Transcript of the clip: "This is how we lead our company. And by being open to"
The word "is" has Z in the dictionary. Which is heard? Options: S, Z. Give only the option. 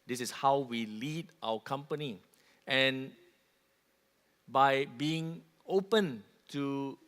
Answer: S